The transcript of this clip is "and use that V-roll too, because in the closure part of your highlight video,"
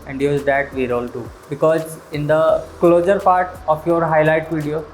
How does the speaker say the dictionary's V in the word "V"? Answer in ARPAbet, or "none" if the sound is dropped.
V